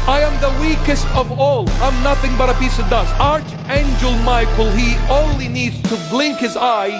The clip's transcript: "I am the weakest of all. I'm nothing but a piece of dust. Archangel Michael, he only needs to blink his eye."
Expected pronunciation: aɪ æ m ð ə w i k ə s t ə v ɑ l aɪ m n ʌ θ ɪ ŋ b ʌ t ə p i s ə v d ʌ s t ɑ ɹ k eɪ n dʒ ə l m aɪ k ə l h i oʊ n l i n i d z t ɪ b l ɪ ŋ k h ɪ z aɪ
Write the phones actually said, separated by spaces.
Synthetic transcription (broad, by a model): aɪ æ m ð ə w i k ə s t ə v ɑ l aɪ m n ʌ θ ɪ ŋ b ʌ t ə p i s ə v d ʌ s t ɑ ɹ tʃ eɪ n dʒ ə l m aɪ k l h i oʊ n l i n i d z t ɪ b l ɪ ŋ k h ɪ z aɪ